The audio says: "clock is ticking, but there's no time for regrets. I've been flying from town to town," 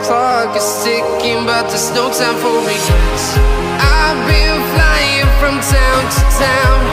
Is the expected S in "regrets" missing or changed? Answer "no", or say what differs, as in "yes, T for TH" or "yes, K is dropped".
yes, S is dropped